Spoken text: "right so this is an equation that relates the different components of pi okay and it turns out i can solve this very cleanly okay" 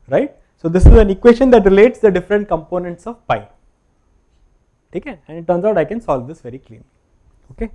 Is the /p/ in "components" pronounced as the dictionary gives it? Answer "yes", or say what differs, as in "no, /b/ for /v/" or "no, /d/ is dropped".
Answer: yes